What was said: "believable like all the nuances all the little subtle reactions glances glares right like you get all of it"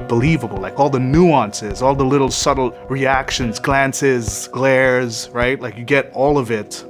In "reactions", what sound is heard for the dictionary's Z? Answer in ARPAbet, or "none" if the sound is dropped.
Z